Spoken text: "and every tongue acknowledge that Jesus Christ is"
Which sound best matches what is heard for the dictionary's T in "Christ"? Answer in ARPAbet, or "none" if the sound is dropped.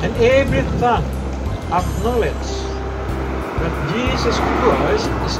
none